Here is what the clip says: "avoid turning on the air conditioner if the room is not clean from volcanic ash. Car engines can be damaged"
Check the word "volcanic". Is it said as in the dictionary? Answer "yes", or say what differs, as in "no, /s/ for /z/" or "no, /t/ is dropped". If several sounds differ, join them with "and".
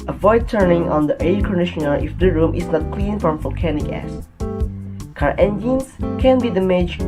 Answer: yes